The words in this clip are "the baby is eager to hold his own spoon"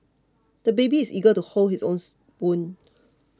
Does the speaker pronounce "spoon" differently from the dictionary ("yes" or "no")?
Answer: yes